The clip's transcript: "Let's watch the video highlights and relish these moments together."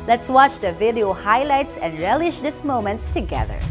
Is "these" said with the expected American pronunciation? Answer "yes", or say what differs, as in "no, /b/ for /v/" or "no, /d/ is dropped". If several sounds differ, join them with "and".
no, /s/ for /z/